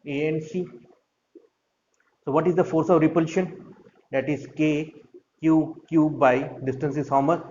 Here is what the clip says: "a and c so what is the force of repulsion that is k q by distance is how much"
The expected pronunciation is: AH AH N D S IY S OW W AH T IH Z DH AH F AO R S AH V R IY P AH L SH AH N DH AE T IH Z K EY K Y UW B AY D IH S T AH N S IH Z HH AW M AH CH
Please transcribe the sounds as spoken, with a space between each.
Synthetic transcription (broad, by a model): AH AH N S IY S OW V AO T IH Z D AH F AO R S AH V R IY P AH L SH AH N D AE T IH Z K EY K Y UW B AY D IH S T AH N S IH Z HH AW M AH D